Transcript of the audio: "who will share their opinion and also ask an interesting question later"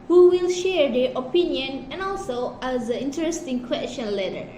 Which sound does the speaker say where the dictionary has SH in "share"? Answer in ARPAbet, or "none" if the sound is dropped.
SH